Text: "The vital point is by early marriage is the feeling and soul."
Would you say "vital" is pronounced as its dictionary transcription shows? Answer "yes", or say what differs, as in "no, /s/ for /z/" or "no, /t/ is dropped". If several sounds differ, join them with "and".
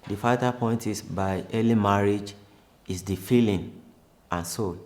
no, /f/ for /v/